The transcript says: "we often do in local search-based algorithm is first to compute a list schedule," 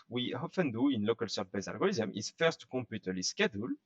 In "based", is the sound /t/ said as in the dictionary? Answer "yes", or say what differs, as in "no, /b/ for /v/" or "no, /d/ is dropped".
no, /t/ is dropped